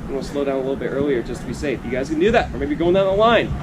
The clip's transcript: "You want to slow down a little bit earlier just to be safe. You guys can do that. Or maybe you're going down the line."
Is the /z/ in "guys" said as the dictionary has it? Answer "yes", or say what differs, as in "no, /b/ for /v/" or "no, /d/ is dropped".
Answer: yes